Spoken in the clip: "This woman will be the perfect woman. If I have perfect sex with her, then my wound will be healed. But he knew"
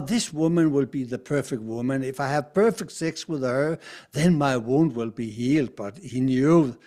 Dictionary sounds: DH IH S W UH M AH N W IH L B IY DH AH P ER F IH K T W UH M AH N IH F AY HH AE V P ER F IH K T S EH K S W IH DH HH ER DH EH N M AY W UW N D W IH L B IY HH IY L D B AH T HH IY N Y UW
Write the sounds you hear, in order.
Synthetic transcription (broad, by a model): DH IH S W UH M AH N W IH L B IY DH AH P ER F IH K T W UH M AH N IH F AY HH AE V P ER F IH K T S EH K S W IH DH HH ER DH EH N M AY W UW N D W IH L B IY HH IY L D B AH T HH IY N Y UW